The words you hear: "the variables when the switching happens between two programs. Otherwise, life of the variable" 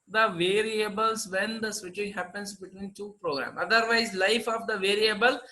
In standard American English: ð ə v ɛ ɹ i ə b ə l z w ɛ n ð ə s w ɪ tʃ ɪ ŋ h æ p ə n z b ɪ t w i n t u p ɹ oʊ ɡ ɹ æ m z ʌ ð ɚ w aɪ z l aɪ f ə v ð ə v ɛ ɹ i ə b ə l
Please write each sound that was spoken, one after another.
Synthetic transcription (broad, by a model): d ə v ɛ ɹ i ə b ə l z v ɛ n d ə s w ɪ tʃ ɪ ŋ h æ p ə n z b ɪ t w i n t u p ɹ oʊ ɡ ɹ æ m ʌ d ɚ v aɪ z l aɪ f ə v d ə v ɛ ɹ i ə b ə l